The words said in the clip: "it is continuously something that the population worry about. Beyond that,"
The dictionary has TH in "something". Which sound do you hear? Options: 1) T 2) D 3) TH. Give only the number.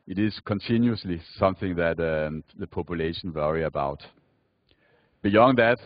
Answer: 3